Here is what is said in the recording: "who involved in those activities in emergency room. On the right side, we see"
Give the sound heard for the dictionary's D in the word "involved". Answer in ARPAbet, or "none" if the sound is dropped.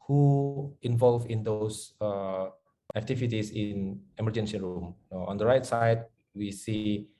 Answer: none